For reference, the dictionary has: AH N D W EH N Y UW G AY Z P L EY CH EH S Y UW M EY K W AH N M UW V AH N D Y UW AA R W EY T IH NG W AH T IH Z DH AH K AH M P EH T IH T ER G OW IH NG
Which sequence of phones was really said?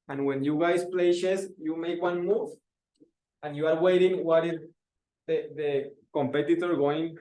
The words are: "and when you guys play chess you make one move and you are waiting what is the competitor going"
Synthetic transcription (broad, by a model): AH N W EH N Y UW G AY S P L EY SH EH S Y UW M EY K W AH N M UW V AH N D Y UW AA R W EY T IH NG W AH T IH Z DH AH K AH M P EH T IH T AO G OW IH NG